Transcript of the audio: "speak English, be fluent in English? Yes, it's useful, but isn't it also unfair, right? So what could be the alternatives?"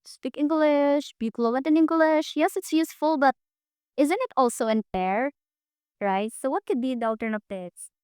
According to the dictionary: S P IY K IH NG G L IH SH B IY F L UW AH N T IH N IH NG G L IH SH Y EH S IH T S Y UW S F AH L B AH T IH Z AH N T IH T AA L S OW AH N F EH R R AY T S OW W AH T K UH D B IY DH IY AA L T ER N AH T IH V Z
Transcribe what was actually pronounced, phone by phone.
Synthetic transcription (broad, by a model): S P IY K IH NG G L IH SH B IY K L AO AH T IH N IH NG G L IH SH Y EH S IH T S Y UW S F AH L B AH T IH Z AH N T IH T AA L S OW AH N P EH R R AY T S OW W AH T K UH D B IY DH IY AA L T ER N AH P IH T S